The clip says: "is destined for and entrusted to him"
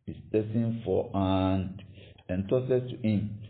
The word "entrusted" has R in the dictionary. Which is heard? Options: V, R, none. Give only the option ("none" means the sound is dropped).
none